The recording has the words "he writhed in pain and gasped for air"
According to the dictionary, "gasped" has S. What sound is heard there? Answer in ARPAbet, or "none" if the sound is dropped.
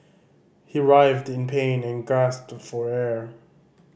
S